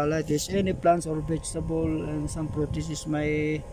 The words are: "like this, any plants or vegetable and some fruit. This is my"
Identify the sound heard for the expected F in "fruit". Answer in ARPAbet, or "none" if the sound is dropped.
P